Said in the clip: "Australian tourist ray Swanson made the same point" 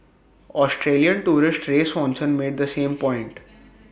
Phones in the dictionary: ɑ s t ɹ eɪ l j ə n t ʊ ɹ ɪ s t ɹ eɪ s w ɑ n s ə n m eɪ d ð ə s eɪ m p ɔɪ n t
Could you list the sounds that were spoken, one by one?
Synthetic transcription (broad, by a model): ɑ s t ɹ eɪ l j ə n t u ɹ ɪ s t ɹ eɪ s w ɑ n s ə n m eɪ d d ə s eɪ m p ɔɪ n t